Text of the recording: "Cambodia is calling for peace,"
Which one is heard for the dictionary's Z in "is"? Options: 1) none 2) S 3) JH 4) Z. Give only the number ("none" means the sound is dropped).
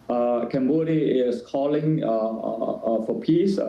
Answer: 2